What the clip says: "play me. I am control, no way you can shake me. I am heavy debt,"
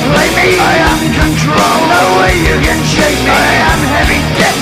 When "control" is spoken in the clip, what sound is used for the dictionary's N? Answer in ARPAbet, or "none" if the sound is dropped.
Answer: N